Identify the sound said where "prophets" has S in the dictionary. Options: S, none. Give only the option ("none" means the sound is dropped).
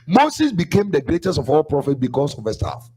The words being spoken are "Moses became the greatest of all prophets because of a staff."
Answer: none